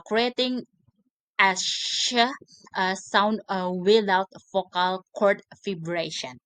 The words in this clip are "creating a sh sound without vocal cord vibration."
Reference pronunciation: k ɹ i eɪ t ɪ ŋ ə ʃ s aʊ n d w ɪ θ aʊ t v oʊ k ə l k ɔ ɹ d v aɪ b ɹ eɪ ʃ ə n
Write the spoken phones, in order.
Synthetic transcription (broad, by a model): k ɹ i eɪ t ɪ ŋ ə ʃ s aʊ n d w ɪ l aʊ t f oʊ k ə l k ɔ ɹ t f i b ɹ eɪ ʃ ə n